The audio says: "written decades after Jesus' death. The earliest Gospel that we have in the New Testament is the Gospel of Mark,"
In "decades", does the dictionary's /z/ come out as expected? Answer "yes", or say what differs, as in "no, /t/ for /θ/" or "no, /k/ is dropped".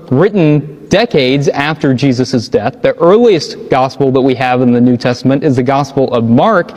yes